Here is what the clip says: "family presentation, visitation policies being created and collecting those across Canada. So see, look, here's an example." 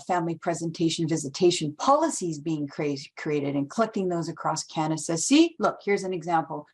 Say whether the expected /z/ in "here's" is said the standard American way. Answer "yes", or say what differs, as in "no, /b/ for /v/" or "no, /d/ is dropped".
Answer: yes